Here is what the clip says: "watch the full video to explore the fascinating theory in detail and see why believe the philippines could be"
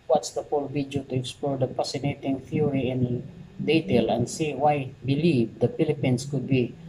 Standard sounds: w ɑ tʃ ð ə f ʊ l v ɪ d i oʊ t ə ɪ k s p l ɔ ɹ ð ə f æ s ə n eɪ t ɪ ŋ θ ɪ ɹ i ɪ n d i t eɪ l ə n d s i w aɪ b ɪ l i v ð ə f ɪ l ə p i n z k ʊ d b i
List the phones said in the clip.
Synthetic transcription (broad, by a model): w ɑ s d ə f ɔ l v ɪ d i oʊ t ə ɪ k s p l ɔ ɹ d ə p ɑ s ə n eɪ t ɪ ŋ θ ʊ ɹ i ɪ n d i t eɪ l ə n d s i w aɪ b ɪ l i v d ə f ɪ l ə p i n s k ʊ d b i